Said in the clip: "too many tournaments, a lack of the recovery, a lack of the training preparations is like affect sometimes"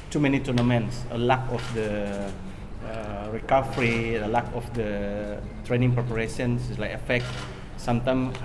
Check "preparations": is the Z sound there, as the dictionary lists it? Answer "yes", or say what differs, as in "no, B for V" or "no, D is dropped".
no, S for Z